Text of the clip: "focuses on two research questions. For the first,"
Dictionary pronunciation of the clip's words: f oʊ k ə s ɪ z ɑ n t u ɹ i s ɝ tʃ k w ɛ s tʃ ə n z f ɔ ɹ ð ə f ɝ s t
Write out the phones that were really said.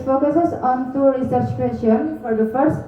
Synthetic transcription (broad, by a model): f oʊ k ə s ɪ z ɑ n t u ɹ i s ɝ tʃ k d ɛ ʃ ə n f ɔ ɹ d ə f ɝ s t